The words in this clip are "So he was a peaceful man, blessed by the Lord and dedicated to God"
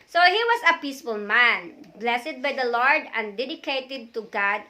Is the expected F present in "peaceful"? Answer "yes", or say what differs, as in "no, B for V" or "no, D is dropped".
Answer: yes